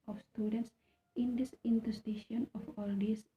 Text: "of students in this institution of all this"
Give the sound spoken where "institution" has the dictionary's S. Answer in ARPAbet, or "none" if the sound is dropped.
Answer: none